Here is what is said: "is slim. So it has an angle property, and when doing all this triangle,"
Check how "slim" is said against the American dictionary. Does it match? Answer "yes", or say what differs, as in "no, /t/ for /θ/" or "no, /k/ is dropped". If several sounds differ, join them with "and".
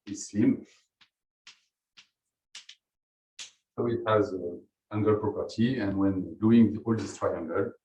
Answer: no, /l/ is dropped